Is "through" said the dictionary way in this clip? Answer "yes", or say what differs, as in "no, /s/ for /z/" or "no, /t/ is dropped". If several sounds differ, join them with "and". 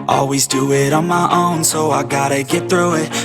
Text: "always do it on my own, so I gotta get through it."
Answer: yes